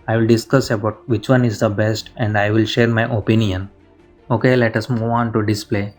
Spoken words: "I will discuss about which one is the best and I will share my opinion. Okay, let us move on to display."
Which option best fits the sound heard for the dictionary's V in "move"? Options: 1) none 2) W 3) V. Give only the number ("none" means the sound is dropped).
1